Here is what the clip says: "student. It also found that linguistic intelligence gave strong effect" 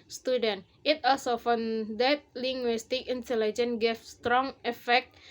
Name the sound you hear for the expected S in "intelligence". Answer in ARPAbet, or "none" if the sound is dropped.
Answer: none